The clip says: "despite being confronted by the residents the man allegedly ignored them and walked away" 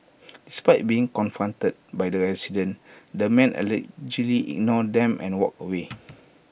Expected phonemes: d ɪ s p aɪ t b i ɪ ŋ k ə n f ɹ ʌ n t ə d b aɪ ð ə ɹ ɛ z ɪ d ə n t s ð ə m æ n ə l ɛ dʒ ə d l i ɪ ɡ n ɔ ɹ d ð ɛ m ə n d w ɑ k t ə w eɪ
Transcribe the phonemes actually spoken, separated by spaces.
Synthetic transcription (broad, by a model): d ɪ s p aɪ t b i ɪ ŋ k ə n f ɹ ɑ n t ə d b aɪ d ə ɹ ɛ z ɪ d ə n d ə m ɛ n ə l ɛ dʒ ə l i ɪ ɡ n ɔ d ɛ m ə n w ɑ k ə w eɪ